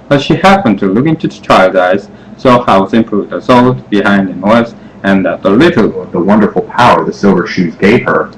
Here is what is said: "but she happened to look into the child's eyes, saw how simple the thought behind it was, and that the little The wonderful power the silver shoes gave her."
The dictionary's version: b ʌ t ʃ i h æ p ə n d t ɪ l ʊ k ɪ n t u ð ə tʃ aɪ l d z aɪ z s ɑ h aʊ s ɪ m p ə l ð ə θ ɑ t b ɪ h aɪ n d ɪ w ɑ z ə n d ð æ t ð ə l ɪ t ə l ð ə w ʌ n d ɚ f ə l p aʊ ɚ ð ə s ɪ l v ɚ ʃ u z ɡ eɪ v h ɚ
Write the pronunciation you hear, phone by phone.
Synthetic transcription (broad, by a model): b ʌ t ʃ i h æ p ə n t ɪ l ʊ k ɪ n t u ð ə tʃ aɪ l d aɪ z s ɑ h aʊ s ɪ m p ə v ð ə s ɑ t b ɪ h aɪ n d ɪ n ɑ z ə n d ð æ t ð ə l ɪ t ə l ð ə w ʌ n d ɚ f l p aʊ ɚ ð ə s ɪ l v ɚ ʃ u z ɡ eɪ v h ɚ